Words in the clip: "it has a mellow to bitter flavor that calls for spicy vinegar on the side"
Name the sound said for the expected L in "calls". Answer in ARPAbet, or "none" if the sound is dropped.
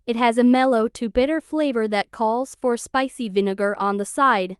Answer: L